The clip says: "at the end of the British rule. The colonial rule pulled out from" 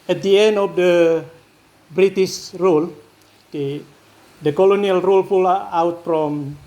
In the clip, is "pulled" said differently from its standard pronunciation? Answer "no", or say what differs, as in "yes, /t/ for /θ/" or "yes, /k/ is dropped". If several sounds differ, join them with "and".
yes, /f/ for /p/ and /d/ is dropped